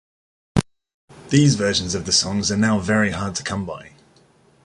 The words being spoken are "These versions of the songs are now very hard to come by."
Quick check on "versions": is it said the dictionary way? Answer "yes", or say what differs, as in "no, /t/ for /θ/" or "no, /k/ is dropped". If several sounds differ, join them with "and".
no, /ʃ/ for /ʒ/